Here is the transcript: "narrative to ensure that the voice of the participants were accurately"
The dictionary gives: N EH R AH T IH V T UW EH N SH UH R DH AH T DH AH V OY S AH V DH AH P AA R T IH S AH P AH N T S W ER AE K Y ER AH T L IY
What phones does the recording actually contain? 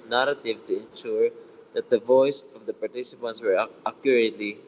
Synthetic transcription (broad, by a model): N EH R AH T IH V T UW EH N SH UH R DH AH T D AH V OY S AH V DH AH P AA R T IH S AH P AH N T S W ER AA K Y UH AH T L IY